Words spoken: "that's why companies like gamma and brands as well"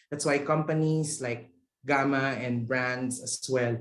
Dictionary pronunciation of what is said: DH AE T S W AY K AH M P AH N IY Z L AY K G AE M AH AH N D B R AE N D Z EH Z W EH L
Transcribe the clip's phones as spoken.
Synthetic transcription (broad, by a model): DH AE T S W AY K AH M P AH N IY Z L AY K G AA M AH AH N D B R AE N D S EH S W EH L